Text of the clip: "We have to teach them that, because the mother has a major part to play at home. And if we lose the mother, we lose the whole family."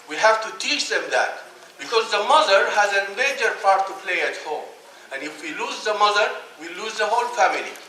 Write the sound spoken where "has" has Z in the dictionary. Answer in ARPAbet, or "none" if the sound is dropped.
Z